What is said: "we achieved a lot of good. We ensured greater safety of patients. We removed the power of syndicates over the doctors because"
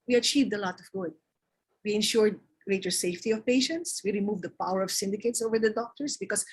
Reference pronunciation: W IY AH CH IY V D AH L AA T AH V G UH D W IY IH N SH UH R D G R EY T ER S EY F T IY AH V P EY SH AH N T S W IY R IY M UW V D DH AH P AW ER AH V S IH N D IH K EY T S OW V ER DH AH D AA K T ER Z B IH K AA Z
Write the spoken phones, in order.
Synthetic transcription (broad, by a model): W IY AH CH IY V D AH L AA T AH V G UH D W IY IH N SH UH R D G R EY T ER S EY F T IY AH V P EY SH AH N T S W IY R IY M UW V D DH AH P AW ER AH V S IH N D IH K EY T S OW V ER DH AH D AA K T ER S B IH K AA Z